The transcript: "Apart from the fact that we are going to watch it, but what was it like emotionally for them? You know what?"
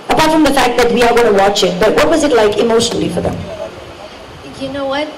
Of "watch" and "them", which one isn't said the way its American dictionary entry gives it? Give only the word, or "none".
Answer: none